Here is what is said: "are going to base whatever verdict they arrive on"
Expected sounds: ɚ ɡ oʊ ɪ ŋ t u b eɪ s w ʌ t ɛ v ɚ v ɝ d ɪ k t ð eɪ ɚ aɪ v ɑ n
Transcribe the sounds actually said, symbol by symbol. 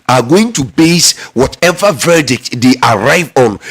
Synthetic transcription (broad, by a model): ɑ ɡ oʊ ɪ ŋ t u b eɪ s w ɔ t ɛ v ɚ v ɝ d ɪ k t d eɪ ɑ aɪ v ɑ n